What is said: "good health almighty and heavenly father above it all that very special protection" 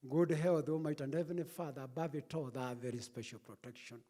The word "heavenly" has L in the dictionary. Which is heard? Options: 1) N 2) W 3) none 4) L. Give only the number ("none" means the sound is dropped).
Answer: 3